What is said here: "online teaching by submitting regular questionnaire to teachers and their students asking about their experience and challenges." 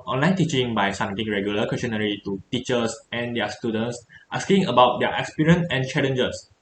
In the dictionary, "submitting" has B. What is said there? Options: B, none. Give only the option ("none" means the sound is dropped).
none